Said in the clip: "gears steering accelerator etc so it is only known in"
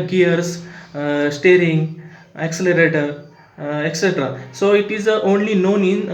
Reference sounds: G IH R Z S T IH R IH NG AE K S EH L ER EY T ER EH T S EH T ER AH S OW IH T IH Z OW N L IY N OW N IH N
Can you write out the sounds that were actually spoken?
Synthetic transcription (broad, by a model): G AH R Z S T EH R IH NG AE K S EH L ER EY T ER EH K S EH T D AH S OW IH T IH Z OW N L IY N OW N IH N